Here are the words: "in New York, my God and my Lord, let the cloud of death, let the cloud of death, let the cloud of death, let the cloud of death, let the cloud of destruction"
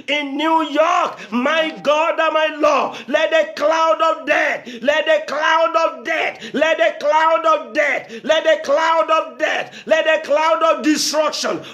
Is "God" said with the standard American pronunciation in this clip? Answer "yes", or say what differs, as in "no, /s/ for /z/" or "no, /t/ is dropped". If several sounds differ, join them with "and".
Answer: yes